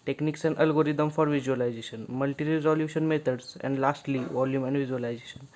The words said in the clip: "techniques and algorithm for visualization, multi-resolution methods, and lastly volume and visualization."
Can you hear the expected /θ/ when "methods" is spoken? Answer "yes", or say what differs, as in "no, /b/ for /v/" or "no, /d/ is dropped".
no, /t/ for /θ/